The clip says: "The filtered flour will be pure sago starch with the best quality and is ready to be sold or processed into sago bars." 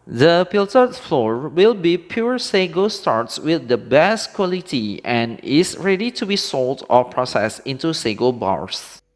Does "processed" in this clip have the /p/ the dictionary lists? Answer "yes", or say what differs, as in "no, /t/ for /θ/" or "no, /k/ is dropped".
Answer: yes